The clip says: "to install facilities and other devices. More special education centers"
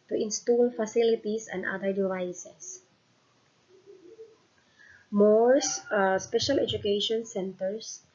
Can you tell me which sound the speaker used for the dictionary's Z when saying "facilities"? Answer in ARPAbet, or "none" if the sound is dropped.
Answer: S